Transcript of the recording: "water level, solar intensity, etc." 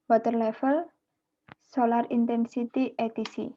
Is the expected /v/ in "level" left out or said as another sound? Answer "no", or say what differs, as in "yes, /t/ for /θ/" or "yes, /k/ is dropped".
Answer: yes, /f/ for /v/